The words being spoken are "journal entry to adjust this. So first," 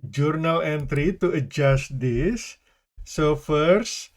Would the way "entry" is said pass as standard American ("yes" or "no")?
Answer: yes